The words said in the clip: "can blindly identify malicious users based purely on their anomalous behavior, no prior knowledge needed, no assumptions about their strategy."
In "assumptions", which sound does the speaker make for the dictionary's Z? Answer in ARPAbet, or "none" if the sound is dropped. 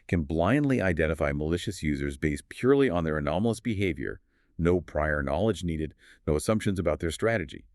Z